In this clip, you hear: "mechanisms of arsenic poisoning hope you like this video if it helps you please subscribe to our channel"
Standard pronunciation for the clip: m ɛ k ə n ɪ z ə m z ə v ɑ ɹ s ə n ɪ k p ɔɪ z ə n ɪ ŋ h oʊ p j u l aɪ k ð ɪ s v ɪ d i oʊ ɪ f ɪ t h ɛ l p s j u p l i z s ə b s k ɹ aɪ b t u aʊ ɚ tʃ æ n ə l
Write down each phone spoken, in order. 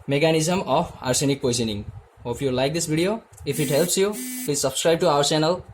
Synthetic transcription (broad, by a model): m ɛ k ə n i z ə m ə p ɑ ɹ s ə n ɪ k p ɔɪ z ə n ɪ ŋ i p j u l aɪ k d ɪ s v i d i oʊ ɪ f ɪ t h ɛ l p s j u p l i z s ə b s k ɹ aɪ b t u aʊ ɚ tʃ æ n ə l